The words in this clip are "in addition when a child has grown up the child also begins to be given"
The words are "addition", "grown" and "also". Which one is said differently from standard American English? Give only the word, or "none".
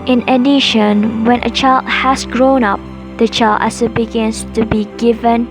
also